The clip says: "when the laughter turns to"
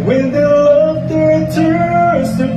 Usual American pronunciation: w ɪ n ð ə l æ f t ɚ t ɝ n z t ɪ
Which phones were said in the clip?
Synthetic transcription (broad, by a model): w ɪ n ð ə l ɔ t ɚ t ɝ z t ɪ